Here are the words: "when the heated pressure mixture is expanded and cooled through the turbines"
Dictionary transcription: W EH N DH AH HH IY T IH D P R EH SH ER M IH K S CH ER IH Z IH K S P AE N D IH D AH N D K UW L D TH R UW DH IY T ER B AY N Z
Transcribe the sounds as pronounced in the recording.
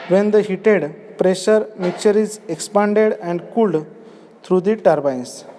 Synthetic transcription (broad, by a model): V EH N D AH HH IY T IH D P R EH SH ER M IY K CH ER IH Z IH K S P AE N D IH D AH N D K UW L D T R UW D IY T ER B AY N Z